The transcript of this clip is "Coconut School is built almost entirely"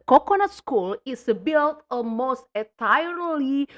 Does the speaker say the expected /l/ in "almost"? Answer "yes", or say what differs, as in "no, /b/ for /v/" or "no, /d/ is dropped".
no, /l/ is dropped